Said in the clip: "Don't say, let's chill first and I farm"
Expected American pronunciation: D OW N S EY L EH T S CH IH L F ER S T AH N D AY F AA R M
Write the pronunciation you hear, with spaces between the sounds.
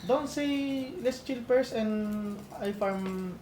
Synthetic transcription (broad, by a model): D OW N S EY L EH S CH IH L P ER S AH N D AY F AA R M